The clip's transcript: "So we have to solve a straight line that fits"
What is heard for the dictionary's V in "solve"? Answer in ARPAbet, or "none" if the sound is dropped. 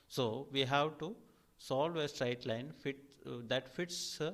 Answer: V